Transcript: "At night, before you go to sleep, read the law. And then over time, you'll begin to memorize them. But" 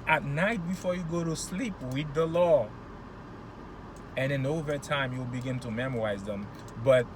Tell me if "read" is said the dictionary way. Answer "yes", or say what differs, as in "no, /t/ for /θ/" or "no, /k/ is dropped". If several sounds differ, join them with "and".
no, /w/ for /ɹ/